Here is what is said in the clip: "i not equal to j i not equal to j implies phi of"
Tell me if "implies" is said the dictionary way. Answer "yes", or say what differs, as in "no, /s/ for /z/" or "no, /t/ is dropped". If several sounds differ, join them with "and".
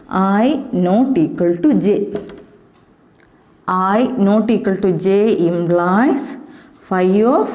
no, /b/ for /p/ and /s/ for /z/